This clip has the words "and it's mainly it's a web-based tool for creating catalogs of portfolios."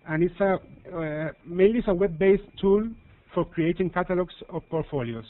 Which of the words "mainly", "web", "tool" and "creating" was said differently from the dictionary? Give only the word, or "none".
mainly